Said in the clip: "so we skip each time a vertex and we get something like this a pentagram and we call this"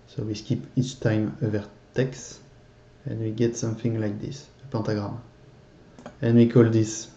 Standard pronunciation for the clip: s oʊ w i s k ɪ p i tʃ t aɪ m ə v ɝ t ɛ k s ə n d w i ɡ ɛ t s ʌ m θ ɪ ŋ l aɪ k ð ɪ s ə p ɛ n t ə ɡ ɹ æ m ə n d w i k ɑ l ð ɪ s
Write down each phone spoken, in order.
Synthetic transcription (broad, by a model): s oʊ w i s k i p i tʃ t aɪ m ə v ɝ t ɛ k s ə n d w i ɡ ɛ t s ʌ m θ ɪ ŋ l aɪ k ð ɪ s ə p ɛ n t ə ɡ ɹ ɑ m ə n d w i k ɑ l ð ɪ s